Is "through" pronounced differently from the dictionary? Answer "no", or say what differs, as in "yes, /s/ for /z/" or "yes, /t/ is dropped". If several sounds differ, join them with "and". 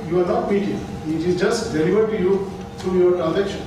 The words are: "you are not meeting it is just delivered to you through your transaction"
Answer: yes, /t/ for /θ/